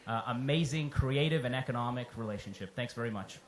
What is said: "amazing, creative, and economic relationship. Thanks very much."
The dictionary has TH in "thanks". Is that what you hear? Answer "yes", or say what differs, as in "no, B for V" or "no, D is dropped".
yes